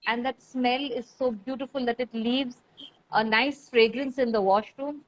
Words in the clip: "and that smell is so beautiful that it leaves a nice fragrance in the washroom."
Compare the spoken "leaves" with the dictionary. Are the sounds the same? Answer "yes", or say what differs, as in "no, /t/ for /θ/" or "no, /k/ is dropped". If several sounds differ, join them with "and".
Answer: yes